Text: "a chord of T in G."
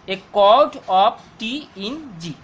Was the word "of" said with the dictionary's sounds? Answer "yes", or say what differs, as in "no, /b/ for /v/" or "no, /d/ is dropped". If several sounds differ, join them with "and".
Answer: no, /p/ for /v/